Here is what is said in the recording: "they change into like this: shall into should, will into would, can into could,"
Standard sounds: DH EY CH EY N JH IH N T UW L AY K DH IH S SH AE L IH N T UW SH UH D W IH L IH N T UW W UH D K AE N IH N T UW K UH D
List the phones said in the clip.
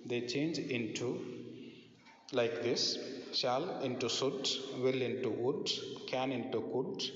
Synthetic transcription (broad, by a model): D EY CH EY N JH IH N T UW L AY K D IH S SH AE L IH N T UW S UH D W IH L IH N T UW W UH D K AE N IH N T UW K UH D